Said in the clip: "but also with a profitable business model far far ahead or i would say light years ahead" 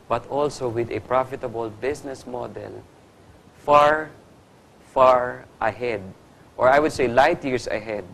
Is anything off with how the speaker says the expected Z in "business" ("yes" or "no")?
yes